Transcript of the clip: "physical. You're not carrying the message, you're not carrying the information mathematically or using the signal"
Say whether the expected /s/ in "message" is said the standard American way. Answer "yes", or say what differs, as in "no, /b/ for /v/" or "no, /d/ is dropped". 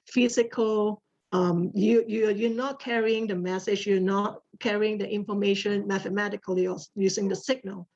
yes